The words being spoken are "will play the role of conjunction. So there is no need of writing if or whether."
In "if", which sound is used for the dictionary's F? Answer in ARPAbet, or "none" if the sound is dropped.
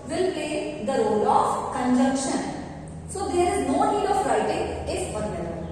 P